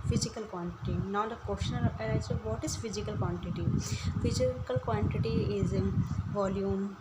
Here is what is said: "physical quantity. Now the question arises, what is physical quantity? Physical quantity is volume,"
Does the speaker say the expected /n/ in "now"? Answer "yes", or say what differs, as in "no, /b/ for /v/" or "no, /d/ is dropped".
yes